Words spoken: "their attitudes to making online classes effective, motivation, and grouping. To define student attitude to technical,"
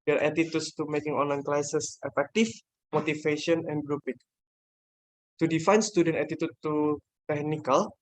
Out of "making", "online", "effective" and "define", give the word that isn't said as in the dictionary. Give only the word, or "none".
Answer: effective